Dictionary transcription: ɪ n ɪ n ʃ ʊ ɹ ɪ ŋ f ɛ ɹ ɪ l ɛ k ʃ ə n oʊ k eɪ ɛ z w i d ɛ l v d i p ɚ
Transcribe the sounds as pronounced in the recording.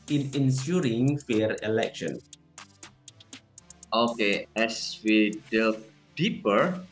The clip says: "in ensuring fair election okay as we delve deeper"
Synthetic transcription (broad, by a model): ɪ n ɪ n s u ɹ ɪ ŋ f ɛ ɹ ɪ l ɛ k ʃ ə n oʊ k eɪ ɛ s w i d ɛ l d i p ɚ